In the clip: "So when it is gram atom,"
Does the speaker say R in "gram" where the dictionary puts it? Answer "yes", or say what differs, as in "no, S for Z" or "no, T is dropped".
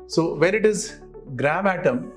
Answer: yes